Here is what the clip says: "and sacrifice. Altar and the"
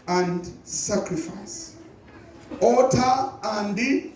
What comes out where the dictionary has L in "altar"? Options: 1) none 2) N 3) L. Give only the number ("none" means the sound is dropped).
1